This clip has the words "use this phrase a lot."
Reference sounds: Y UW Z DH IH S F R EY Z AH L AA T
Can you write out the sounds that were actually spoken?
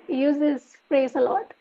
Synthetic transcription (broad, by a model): Y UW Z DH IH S P R EY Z AH L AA T